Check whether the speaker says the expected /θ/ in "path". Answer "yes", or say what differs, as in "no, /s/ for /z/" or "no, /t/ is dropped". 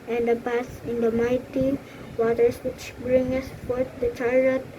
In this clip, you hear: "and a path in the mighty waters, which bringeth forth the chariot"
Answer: no, /s/ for /θ/